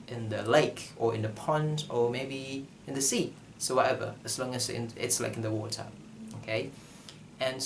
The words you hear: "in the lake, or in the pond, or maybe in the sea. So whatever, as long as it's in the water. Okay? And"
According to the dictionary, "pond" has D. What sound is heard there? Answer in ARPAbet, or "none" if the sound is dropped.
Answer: D